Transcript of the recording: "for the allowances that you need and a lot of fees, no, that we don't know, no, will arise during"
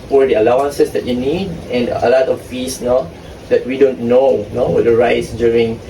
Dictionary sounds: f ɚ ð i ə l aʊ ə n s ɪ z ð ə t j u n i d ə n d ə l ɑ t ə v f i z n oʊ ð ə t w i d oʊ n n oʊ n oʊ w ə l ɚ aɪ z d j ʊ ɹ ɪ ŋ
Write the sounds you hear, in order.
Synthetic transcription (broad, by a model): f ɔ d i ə l aʊ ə n s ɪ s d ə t j u n i d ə n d ə l ɑ t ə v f i s n oʊ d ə t w i d oʊ n n oʊ n oʊ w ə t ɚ aɪ s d j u ɹ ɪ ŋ